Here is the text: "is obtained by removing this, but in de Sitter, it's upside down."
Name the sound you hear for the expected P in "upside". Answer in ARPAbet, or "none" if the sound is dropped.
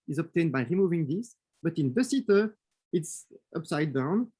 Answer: P